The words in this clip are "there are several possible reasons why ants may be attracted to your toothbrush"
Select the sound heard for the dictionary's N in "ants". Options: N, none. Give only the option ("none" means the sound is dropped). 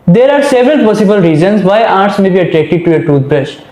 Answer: none